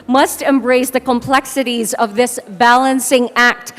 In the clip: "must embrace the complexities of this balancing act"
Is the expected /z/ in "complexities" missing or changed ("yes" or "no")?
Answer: no